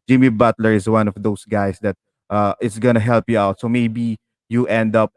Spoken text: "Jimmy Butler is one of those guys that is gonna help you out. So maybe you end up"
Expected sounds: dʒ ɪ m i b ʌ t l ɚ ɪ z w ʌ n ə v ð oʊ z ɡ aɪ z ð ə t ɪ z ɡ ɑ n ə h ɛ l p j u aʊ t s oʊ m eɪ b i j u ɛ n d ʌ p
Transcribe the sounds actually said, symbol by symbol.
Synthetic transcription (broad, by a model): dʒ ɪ m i b ʌ t l ɚ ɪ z w ʌ n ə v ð oʊ s ɡ aɪ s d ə t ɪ s ɡ ɑ n ə h ɛ l p j u aʊ t s oʊ m eɪ b i j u ɛ n d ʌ p